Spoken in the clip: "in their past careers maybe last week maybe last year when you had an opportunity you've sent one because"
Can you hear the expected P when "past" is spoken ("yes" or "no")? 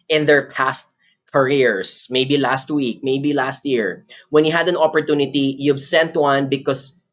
yes